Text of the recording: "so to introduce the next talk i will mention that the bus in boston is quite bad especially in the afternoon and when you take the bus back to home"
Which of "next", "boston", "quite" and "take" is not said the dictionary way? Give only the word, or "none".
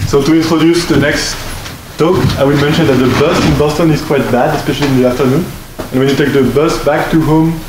none